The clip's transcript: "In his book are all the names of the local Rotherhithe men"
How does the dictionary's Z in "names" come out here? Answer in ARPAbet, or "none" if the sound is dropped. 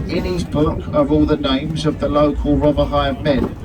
Z